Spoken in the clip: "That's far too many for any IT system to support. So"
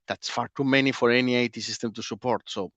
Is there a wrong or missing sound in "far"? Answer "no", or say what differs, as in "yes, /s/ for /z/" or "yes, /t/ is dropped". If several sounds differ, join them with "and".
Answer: no